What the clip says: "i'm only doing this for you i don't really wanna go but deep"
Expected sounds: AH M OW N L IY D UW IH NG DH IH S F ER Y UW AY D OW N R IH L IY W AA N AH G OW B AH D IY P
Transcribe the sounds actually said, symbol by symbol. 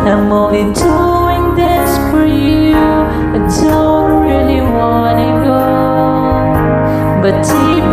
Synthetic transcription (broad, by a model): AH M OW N IY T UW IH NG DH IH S F ER Y UW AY D OW N R IH L IY W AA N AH G OW B AH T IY